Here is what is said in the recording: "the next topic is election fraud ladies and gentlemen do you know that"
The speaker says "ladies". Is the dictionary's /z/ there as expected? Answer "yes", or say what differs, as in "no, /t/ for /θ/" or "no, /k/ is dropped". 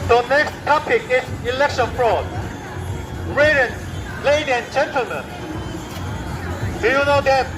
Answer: no, /z/ is dropped